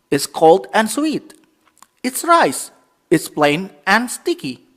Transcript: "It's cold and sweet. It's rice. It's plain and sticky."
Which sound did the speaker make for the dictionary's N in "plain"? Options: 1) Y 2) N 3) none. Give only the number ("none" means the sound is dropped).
2